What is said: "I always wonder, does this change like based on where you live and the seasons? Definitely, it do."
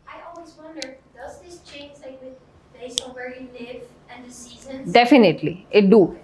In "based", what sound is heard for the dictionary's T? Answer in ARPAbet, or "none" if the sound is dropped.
none